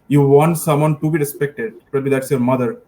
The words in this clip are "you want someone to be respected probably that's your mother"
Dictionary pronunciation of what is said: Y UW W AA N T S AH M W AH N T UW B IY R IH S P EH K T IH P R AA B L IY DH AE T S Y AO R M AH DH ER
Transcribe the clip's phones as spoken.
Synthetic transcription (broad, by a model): Y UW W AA N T S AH M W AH N T UW B IY R IH S P EH K T IH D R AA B IY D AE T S Y AO R M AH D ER